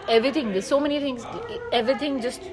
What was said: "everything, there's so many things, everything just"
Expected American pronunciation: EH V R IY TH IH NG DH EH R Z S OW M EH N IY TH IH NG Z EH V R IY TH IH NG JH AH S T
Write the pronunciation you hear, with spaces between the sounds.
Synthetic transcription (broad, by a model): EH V R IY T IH NG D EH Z S OW M EH N IY T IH NG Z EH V R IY T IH NG JH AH S T